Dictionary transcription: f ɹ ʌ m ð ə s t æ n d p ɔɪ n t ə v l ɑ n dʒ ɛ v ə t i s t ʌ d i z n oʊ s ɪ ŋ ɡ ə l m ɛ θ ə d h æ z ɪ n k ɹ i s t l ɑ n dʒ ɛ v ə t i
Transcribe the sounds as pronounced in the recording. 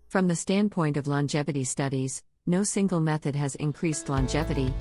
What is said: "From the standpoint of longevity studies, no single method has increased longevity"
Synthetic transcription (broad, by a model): f ɹ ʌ m ð ə s t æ n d p ɔɪ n t ə v l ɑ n dʒ ɛ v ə t i s t ʌ d i z n oʊ s ɪ ŋ ɡ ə l m ɛ θ ə d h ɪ z ɪ n k ɹ i s t l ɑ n dʒ ɛ v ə t i